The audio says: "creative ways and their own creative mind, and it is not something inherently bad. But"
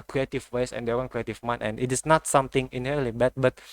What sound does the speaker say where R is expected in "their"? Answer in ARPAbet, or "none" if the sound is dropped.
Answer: W